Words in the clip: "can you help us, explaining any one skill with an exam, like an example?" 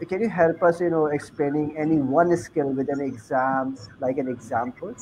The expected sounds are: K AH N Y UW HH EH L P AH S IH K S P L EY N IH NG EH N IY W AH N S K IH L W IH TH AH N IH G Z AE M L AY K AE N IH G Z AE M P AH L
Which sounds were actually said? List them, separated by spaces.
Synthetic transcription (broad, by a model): K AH N Y UW HH EH L P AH S IH K S P L EY N IH NG EH N IY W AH N S K IH L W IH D AH N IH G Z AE M L AY K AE N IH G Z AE M P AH L